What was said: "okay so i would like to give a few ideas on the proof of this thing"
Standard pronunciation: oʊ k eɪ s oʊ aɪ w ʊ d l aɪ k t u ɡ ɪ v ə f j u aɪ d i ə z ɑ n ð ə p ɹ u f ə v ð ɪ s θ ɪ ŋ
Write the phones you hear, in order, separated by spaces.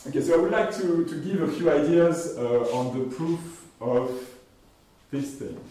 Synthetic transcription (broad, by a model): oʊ k eɪ s oʊ aɪ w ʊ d l aɪ k t u ɡ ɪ v ə f j u aɪ d i ə z ɑ n ð ə p ɹ u f ə v ð ɪ s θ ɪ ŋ